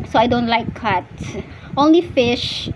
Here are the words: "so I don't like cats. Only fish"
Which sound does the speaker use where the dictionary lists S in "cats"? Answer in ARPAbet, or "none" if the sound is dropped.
none